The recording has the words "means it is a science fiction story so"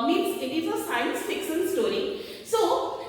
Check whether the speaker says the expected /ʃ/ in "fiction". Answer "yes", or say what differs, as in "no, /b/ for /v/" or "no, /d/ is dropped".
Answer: no, /s/ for /ʃ/